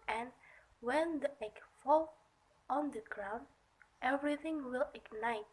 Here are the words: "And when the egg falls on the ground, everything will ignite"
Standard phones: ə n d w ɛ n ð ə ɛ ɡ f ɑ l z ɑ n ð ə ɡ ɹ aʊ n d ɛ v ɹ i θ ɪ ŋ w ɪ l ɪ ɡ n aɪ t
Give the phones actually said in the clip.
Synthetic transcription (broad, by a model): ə n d w ɛ n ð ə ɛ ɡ f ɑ l ɑ n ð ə ɡ ɹ aʊ n d ɛ v ɹ i θ ɪ ŋ w ɪ l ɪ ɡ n aɪ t